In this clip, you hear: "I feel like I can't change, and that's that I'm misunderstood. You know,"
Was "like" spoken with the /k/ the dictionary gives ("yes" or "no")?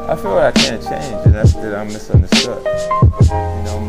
no